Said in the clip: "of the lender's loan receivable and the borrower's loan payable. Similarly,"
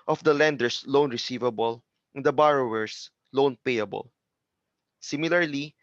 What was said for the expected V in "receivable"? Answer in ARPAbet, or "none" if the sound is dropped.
V